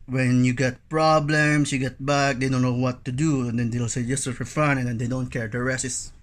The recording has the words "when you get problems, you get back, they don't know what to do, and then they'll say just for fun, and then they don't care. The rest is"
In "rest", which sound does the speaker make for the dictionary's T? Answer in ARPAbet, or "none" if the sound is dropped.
none